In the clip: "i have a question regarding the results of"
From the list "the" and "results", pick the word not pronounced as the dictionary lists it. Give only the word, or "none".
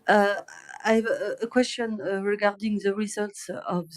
none